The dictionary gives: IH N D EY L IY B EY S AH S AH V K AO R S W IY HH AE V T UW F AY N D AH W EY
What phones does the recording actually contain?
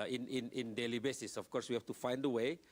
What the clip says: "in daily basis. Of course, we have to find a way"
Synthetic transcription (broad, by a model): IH N D EY L IY B EY S AH S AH F K AO R S W IY HH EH F T UW F AY N D AH W EY